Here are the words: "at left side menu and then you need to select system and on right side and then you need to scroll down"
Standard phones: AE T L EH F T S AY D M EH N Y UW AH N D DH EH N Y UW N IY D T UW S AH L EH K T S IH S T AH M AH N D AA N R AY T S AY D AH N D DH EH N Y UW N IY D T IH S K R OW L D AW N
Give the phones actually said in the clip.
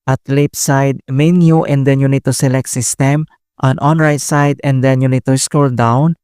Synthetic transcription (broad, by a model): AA T L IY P S AY D M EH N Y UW AH N D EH N Y UW N IY D T UW S AH L EH K T S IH S T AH M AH N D AA N R AY T S AY D AH N D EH N Y UW N IY D T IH S K OW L D AW N